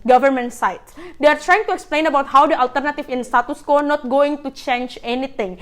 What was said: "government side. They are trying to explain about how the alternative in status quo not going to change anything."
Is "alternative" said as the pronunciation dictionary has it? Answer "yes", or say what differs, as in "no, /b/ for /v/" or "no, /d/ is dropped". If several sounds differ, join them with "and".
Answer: no, /f/ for /v/